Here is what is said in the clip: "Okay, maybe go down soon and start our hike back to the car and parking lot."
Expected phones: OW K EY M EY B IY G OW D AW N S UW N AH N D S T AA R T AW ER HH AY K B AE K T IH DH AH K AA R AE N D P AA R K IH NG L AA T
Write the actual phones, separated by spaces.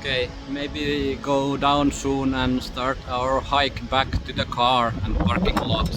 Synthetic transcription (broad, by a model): K EY M EY B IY G OW D AW N S UW N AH N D S T AA R T AW ER HH AY K B AE K T IH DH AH K AA R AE N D P AA R K IH NG L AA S